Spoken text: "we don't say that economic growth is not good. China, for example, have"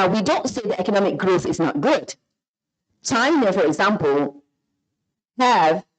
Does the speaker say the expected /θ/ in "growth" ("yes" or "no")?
yes